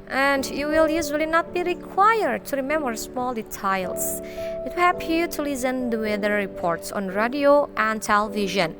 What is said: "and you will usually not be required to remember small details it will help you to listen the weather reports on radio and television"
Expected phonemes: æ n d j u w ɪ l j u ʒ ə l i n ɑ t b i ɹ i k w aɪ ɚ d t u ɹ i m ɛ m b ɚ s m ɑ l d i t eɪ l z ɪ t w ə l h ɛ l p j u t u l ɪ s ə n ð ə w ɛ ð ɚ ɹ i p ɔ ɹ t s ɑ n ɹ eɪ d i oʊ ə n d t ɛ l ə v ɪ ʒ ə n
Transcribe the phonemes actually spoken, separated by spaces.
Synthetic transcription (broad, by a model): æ n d j u w ɪ l j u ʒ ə l i n ɑ t b i ɹ i k w aɪ ɚ d t u ɹ i m ɛ m b ɚ s m ɑ l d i t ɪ l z ɪ t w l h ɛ p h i t u l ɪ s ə n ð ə w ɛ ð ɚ ɹ i p ɔ ɹ t s ɑ n ɹ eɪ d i oʊ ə n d t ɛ l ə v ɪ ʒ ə n